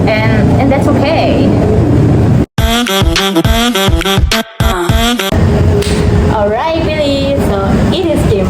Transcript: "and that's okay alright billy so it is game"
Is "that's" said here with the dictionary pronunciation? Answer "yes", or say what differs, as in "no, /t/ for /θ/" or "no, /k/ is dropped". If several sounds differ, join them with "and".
yes